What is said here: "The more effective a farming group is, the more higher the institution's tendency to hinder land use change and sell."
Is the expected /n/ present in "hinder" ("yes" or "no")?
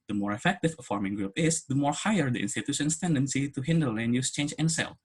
yes